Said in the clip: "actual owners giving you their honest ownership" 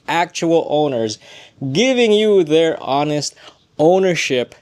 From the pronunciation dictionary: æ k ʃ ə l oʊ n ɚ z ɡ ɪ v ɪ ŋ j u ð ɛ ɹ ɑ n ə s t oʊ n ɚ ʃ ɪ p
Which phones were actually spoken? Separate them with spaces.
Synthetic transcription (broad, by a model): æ k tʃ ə l oʊ n ɚ z ɡ ɪ v ɪ ŋ j u ð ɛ ɹ ɑ n ə s t oʊ n ɚ ʃ ɪ p